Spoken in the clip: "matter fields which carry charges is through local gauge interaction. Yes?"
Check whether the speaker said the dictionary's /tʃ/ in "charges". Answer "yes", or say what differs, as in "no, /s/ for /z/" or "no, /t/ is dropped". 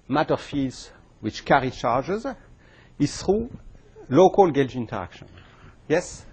yes